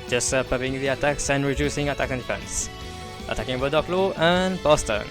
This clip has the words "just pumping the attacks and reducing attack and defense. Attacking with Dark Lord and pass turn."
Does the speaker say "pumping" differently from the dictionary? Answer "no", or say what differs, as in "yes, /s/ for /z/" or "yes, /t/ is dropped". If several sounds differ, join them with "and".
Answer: yes, /m/ is dropped